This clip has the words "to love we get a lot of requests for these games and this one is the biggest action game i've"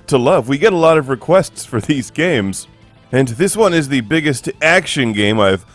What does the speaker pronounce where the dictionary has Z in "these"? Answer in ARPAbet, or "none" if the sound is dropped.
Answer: Z